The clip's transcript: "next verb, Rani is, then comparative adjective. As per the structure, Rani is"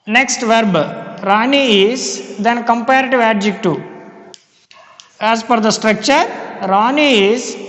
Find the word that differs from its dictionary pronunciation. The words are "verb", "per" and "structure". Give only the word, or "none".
per